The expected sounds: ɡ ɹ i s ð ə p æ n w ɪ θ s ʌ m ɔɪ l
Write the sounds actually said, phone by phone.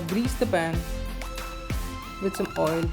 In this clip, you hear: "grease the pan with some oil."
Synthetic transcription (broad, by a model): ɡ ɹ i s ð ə b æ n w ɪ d s ʌ m ɔɪ l